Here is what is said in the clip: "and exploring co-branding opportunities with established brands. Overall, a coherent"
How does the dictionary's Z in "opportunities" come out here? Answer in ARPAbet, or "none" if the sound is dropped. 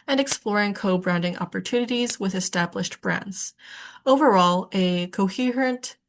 Z